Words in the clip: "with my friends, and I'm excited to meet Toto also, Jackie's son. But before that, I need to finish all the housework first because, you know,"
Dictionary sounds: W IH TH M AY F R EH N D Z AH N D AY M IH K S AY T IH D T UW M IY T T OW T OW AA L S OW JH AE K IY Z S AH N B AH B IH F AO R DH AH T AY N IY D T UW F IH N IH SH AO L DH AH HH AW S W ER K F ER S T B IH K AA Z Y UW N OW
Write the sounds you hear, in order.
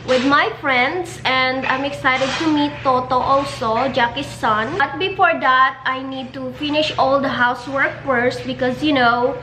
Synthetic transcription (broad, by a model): W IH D M AY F R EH N D S AH N D AY M IH K S AY T IH D T UW M IY T T OW T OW AA L S OW JH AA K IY S AH N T B IH F AO R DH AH T AY N IY D T UW F IH N IH SH AO L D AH HH AW S W ER K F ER S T B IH K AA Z Y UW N OW